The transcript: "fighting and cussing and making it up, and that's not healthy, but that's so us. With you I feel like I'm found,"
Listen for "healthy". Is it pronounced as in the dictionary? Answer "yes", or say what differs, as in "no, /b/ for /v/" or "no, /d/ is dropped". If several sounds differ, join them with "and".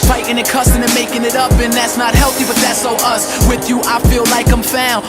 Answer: yes